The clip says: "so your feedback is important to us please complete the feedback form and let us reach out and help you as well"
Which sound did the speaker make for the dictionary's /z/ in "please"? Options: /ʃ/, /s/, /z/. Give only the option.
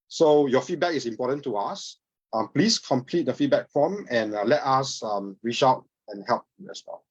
/s/